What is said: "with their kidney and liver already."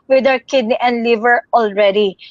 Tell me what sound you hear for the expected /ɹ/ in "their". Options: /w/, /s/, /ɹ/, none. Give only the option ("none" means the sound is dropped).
/w/